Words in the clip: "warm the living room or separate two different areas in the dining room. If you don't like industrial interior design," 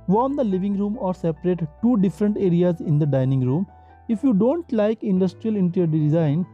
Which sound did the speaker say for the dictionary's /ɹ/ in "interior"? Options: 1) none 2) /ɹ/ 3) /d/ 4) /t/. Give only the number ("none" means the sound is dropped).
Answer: 1